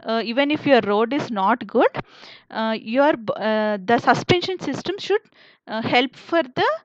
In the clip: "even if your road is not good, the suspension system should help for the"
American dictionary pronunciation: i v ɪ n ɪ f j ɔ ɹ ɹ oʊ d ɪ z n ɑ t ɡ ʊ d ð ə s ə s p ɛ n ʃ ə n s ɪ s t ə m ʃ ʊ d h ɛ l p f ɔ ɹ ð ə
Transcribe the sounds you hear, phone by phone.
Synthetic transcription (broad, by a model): i v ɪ n ɪ f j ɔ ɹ ɹ oʊ d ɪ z n ɑ t ɡ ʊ d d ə s ə s p ɛ n ʃ ə n s ɪ s t ə m ʃ ʊ d h ɛ l p f ɔ ɹ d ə